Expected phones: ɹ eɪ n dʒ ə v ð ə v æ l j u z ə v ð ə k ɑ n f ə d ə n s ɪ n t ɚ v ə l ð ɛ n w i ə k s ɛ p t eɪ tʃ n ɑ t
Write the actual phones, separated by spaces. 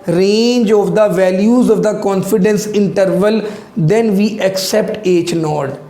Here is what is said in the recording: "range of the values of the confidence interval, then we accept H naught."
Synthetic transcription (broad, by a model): ɹ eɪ n dʒ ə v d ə v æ l j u z ə v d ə k ɑ n f ə d ə n s ɪ n t ɚ v ə l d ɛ n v i ə k s ɛ p t eɪ tʃ n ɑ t